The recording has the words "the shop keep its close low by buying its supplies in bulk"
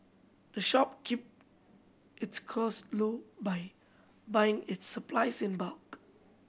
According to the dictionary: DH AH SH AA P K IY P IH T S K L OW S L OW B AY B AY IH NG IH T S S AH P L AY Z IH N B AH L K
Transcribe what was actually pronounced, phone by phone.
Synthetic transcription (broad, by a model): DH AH SH AA P K IY P IH T S K OW S L OW B AY B AY IH NG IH T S S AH P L AY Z IH N B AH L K